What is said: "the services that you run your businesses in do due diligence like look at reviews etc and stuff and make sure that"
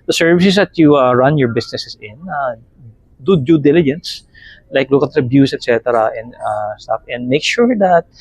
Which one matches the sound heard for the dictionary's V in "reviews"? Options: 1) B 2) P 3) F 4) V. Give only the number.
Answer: 1